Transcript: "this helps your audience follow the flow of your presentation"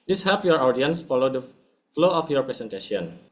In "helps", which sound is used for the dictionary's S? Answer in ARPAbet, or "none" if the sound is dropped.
none